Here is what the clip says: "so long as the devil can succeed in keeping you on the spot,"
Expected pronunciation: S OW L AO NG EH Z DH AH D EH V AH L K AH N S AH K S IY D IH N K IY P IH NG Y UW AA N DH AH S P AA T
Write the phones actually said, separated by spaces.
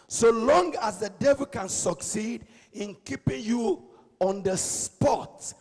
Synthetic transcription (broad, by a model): S OW L AO NG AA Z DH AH D EH V AH L K AH N S AH K S IY D IH N K IY P IH NG Y UW AA N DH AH S P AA T